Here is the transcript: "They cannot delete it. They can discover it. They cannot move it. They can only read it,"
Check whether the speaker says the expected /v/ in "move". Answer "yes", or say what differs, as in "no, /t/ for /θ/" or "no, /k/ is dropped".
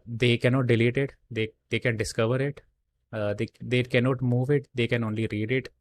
yes